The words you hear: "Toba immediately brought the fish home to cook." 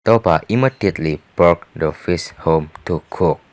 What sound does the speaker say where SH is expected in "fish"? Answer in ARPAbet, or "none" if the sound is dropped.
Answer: S